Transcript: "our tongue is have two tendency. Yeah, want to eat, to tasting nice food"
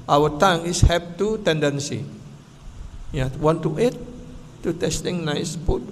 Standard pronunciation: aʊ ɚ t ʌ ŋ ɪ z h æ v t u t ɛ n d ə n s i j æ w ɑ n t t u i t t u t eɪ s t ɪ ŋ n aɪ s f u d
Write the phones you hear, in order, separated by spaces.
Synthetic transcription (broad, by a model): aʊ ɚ t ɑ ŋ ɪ s h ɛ p t u t ɛ n d ə n s i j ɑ w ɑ n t t u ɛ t t u t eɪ s t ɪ ŋ n aɪ s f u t